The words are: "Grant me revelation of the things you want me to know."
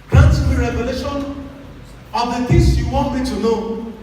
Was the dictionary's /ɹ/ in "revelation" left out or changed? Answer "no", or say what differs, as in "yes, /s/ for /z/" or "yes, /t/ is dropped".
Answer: no